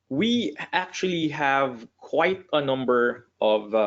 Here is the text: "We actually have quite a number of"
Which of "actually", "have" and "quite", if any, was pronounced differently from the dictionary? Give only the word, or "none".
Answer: none